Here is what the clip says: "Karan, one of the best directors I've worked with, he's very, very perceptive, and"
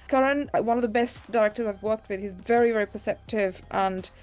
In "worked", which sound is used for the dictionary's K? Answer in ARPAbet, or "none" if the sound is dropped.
K